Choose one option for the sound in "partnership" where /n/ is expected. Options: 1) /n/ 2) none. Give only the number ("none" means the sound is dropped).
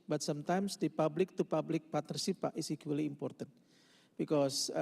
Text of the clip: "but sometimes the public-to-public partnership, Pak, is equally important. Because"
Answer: 2